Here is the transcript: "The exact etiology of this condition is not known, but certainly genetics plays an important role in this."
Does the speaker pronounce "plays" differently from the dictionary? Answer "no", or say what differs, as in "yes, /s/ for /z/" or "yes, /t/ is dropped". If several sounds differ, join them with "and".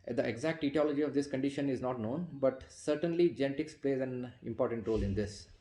no